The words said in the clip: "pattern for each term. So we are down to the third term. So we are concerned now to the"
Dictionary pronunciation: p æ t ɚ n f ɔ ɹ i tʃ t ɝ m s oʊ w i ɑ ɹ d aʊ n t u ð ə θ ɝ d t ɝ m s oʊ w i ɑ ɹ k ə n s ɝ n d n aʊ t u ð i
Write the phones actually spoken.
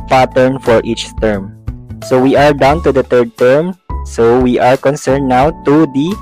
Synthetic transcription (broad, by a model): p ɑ t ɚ n f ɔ ɹ i tʃ t ɝ m s oʊ w i ɑ ɹ d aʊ n t u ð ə t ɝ d t ɝ m s oʊ w i ɑ ɹ k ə n s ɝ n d n aʊ t u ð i